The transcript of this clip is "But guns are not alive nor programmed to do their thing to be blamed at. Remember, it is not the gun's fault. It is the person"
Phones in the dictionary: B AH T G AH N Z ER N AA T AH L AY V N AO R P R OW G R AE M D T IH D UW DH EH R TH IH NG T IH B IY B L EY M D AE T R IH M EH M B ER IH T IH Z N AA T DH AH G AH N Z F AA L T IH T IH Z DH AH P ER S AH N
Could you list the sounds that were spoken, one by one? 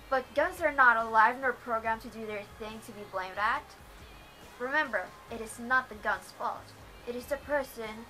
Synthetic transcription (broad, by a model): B AH T G AH N Z ER N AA T AH L AY V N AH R P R OW G R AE M T IH D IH DH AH R TH IH NG T IH B IY B L EY M D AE T R IH M EH M B ER IH T IH Z N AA T DH AH G AH N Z F AA L T IH T IH Z DH AH P ER S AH N